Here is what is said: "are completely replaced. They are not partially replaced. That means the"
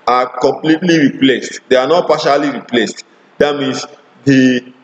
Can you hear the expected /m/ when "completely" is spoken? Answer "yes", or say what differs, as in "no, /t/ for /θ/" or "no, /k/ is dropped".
yes